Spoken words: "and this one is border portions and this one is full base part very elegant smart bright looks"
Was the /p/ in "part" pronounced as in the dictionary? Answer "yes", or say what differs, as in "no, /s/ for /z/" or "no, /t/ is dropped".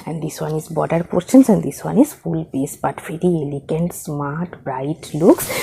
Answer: no, /b/ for /p/